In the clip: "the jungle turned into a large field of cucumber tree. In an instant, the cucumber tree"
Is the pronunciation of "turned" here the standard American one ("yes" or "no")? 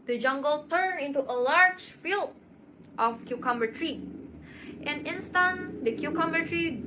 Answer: no